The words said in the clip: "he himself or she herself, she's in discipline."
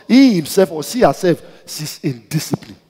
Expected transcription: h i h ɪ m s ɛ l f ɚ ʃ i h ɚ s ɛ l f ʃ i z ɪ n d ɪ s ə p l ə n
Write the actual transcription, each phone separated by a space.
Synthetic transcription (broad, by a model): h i h ɪ m s ɛ l f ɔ s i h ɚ s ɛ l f s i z ɪ n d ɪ s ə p l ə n